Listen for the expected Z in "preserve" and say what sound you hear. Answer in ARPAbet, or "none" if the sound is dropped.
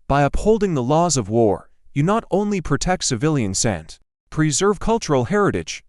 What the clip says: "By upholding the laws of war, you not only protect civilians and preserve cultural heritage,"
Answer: Z